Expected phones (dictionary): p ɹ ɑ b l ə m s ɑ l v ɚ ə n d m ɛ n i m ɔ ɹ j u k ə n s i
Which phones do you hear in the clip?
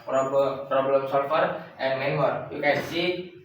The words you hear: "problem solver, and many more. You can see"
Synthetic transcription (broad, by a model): p ɹ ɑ b l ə m s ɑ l f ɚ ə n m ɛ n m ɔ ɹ j u k ə n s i